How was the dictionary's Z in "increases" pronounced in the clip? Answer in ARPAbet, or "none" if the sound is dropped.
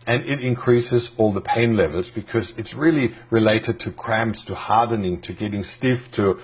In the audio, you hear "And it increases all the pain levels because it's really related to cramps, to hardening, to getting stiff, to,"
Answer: Z